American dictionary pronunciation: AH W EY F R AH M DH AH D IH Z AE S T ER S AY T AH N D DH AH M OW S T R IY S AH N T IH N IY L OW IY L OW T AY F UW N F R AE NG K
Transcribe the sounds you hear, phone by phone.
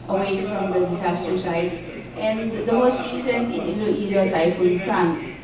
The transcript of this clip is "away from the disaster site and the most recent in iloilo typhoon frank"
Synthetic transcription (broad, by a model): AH W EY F R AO M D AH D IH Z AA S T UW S AY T AH N D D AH M OW S T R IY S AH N IH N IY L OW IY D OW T AY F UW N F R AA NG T